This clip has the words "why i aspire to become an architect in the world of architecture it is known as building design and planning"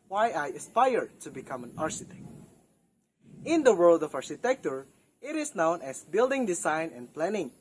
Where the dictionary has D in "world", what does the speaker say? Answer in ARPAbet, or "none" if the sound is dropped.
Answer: D